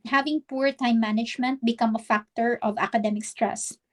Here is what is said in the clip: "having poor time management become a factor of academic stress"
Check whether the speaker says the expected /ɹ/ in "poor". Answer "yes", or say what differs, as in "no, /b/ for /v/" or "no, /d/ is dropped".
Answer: yes